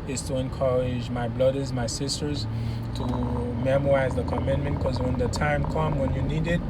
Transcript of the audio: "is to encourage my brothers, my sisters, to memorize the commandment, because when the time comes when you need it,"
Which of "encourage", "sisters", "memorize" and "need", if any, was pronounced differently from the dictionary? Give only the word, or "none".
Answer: none